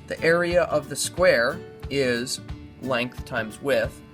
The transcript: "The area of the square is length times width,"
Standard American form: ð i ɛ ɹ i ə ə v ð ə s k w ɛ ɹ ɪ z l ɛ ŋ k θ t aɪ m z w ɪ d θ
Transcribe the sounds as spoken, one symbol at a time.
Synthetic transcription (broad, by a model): ð i ɛ ɹ i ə ə v ð ə s k w ɛ ɹ ɪ z l ɛ ŋ k θ t aɪ m z w ɪ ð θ